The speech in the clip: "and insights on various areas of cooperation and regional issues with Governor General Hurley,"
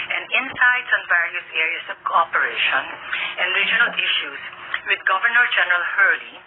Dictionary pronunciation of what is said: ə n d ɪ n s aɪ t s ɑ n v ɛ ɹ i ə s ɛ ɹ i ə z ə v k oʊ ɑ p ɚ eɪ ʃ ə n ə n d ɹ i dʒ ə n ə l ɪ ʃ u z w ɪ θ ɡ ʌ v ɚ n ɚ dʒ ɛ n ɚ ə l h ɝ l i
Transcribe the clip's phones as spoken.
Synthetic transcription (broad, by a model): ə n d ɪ n s aɪ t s ɑ n v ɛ ɹ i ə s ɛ ɹ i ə s ə v k oʊ ɑ p ɚ eɪ ʃ ə n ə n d ɹ i dʒ ə n ə l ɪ ʃ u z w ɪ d ɡ ʌ v ɚ n ɚ dʒ ɛ n ɚ ə l h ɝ l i